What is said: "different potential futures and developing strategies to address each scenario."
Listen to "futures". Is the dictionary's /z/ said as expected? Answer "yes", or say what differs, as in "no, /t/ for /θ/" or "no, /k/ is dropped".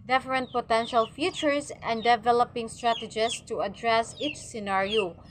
no, /s/ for /z/